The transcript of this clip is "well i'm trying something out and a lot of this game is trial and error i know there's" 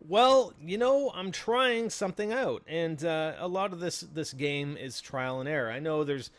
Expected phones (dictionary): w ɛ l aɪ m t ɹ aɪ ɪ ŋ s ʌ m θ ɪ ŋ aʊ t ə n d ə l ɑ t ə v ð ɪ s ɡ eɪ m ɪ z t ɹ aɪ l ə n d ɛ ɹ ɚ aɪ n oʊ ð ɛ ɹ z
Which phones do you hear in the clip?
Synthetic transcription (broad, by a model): w ɛ l aɪ m t ɹ aɪ ɪ ŋ s ʌ m θ ɪ ŋ aʊ t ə n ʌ ə l ɑ t ə v ð ɪ s ɡ eɪ m ɪ z t ɹ aɪ l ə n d ɛ ɹ aɪ n oʊ ð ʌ ɹ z